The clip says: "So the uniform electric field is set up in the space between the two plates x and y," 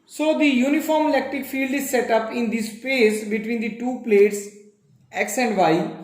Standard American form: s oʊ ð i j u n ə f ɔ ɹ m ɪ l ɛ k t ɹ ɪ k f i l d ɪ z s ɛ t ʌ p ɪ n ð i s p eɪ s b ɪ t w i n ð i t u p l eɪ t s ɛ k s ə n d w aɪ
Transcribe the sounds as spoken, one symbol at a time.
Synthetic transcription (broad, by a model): s oʊ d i j u n ə f ɔ ɹ m ɪ l ɛ k t ɹ ɪ k f i l d ɪ z s ɛ t ʌ p ɪ n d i s p eɪ s b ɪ t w i n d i t u p l eɪ t s ɛ k s ə n d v aɪ